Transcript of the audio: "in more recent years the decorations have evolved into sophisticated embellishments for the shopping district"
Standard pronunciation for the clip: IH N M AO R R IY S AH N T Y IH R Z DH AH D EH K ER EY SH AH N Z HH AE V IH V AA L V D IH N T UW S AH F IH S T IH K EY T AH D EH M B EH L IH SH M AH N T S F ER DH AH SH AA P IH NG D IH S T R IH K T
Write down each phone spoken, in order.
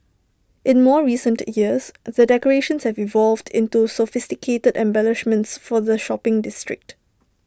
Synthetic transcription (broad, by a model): IH N M AO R R IY S AH N T Y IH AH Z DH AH D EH K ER EY SH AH N S HH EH V IH V AA L V D IH N T UW S AH F IH S T IH K EY T AH D EH M B EH L IH SH M AH N T S F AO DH AH SH AA P IH NG D IH S T R IH K T